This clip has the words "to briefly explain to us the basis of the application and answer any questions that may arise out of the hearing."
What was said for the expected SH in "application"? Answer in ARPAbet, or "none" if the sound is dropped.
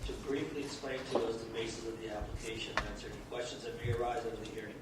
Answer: none